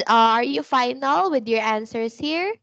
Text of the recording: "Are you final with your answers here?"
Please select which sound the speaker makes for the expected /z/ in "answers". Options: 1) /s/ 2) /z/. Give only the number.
1